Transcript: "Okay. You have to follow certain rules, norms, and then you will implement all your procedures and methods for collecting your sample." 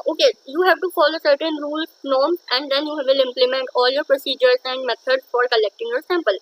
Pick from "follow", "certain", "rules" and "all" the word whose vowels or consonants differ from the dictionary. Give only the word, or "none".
rules